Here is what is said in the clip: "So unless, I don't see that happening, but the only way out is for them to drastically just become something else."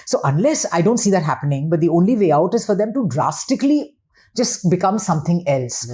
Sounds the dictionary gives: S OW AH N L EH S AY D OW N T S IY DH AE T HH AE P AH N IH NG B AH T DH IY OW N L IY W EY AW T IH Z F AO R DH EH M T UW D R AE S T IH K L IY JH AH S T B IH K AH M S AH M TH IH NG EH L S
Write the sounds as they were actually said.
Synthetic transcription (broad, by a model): S OW AH N L EH S AY D OW N T S IY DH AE T HH AE P AH N IH NG B AH T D IY OW N L IY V EY AW T IH Z F AO R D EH M T UW D R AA S T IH K L IY JH AH S T B IH K AH M S AH M T IH NG EH L S